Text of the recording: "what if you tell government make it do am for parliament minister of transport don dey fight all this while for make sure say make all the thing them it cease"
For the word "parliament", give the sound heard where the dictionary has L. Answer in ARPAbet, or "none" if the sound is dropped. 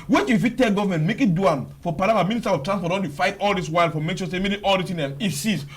none